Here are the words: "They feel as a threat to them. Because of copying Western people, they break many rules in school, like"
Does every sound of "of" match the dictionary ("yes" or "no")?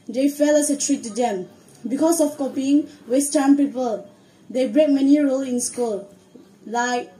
no